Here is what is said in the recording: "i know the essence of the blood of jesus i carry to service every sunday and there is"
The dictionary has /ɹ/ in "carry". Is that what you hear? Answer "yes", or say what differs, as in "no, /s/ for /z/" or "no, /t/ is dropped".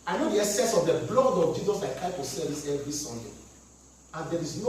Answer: no, /ɹ/ is dropped